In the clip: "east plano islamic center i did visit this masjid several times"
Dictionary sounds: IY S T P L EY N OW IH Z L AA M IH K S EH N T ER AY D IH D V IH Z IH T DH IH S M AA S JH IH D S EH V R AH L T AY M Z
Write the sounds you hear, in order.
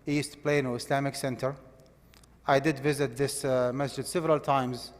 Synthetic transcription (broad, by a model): IY S T P L EY N OW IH S L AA M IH K S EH N T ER AY D IH D V IH Z IH T DH IH S M AA S JH IH D S EH V R AH L T AY M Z